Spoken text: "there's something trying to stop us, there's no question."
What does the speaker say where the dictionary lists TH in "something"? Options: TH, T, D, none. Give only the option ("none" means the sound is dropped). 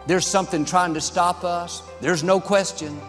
TH